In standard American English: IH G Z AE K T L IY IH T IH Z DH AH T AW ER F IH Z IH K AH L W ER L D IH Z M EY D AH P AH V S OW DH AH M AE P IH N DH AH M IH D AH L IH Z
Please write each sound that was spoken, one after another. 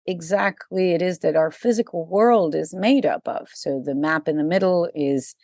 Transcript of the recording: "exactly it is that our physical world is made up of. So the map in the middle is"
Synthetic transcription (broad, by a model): IH G Z AE K T L IY IH T IH Z DH AH T AW ER F IH Z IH K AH L W ER L D IH Z M EY D AH P AH V S OW DH AH M AE P IH N DH AH M IH D L IH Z